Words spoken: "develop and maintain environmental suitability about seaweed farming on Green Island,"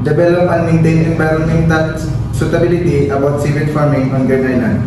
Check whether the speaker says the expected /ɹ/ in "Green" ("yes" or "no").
no